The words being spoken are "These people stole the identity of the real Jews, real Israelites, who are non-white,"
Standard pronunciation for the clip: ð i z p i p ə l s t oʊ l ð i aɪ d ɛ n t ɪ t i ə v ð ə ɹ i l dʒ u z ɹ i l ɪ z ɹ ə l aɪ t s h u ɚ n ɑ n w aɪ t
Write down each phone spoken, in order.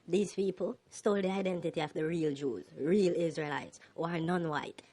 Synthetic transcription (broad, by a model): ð i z p i p ə l s t oʊ l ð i aɪ d ɛ n t ɪ t i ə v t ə ɹ i l dʒ u z ɹ i l ɪ z ɹ ə l aɪ t s h u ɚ n ɑ n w aɪ t